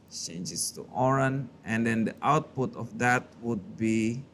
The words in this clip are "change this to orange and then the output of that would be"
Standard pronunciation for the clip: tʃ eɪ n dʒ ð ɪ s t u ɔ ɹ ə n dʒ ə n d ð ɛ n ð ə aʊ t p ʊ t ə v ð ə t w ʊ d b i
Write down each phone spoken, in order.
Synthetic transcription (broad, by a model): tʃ eɪ n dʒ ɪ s t u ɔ ɹ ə n ə n d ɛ n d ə aʊ t p ʊ t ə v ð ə t w ʊ d b i